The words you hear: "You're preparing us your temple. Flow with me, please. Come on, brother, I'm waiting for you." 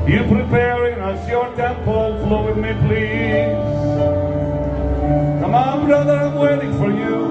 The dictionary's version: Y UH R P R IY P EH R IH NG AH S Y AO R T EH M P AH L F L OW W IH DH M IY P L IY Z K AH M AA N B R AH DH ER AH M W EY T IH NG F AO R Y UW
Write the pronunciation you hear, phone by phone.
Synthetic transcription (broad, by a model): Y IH P R IY P EH R IH NG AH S Y AO R T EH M P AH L F L OW W IH DH M IY P L IY Z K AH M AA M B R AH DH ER AH M W EY T IH NG F AO R Y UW